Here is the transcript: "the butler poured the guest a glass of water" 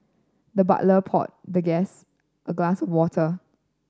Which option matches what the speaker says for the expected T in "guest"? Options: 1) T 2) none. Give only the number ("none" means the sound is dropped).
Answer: 1